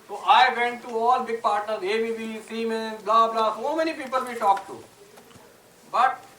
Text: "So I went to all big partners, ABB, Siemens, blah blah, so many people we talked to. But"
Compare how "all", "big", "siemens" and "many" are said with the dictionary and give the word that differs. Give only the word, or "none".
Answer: siemens